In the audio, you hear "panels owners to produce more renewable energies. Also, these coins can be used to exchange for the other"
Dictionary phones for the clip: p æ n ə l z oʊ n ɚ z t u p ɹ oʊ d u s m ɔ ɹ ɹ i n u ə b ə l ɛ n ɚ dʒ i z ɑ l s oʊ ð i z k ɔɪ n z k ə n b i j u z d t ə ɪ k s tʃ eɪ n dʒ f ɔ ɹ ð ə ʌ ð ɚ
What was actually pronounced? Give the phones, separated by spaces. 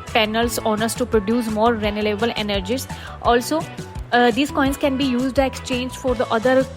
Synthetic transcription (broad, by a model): p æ n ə l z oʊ n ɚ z t u p ɹ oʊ d u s m ɔ ɹ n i l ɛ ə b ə l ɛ n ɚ dʒ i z ɑ l s oʊ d i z k ɔɪ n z k ə n b i j u z d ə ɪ k s tʃ eɪ n dʒ f ɔ ɹ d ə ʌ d ɚ